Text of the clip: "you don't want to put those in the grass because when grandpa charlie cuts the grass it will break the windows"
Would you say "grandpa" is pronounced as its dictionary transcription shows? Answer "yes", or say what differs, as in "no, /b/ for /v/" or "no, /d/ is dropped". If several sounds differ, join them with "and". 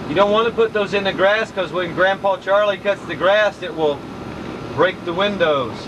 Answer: yes